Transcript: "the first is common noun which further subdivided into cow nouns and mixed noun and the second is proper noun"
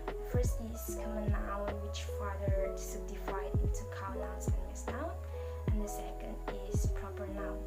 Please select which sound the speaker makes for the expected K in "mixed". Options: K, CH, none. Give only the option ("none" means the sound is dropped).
none